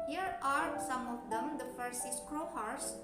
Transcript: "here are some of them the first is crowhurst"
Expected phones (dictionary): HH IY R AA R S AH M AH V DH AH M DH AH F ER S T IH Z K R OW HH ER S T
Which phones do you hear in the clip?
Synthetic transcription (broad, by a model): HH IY R AA R S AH M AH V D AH M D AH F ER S IH S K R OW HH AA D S